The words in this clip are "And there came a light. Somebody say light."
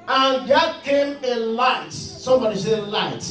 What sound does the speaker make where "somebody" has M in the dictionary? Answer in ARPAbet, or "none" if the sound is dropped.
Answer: M